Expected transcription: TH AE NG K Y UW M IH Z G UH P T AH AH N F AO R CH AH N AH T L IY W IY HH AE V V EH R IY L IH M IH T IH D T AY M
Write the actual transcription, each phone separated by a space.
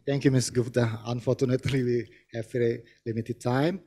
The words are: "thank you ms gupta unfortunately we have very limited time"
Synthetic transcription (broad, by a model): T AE NG K Y UW M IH S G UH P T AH AH N F AO R CH AH N AH T L IY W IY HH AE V F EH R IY L IH M IH T IH D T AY M